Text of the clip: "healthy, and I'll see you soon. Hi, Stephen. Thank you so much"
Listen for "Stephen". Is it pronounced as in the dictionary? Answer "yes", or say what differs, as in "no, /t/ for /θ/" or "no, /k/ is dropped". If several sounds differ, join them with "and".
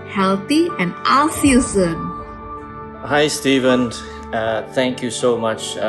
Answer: yes